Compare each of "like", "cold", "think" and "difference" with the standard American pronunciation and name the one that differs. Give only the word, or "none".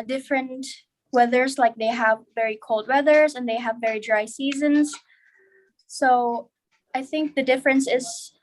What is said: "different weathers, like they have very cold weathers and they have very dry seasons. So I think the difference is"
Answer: none